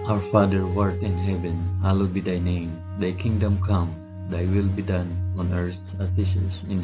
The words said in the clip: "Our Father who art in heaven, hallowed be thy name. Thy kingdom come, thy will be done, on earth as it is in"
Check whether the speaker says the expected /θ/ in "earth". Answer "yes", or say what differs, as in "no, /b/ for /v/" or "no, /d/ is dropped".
no, /s/ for /θ/